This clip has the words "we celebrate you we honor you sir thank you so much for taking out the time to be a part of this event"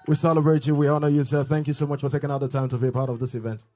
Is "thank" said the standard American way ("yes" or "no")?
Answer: yes